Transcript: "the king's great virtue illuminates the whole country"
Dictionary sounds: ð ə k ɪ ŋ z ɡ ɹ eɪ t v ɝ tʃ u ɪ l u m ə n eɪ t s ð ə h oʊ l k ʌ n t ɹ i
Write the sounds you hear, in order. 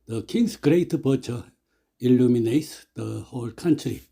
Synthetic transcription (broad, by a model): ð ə k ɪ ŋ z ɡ ɹ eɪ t p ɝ tʃ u ɪ l u m ə n eɪ t s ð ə h oʊ l k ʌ n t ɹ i